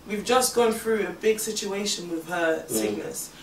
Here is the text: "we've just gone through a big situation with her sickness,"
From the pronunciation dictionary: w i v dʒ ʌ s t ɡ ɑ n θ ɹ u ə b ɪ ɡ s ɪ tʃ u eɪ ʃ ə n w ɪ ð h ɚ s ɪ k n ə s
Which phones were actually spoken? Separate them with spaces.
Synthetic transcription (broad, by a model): w i v dʒ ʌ s ɡ ɑ n θ ɹ u ə b ɪ ɡ s ɪ tʃ u eɪ ʃ ə n w ɪ ð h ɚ s ɪ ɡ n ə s